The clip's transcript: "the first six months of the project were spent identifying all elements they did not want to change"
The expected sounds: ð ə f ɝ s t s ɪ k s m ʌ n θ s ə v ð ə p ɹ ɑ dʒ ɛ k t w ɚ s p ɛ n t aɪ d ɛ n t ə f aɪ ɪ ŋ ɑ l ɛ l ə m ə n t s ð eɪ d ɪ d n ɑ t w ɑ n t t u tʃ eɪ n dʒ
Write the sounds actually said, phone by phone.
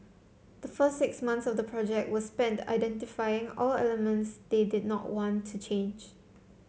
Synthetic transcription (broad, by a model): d ə f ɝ s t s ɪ k s m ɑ n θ s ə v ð ə p ɹ ɑ dʒ ɛ k t w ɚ s p ɛ n t aɪ d ɛ n t ə f aɪ ɪ ŋ ɑ l ɛ l ə m ə n t s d eɪ d ɪ d n ɑ t w ɑ n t t u tʃ eɪ n dʒ